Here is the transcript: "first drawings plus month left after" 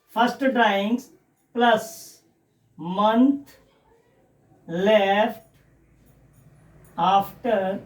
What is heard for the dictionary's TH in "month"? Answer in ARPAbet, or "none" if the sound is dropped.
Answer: T